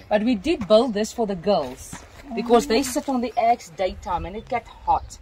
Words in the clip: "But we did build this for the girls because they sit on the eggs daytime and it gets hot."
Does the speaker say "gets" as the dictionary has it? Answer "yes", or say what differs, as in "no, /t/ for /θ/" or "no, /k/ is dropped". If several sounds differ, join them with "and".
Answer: no, /s/ is dropped